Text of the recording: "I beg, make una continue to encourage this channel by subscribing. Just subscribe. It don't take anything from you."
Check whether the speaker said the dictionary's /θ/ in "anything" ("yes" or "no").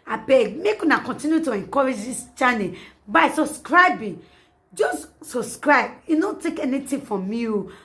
no